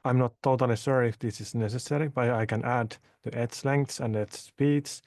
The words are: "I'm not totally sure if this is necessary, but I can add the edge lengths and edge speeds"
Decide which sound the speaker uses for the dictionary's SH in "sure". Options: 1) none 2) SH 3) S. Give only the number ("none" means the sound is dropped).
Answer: 3